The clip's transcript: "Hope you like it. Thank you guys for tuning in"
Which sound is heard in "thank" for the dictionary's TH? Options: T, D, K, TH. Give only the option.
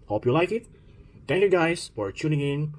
T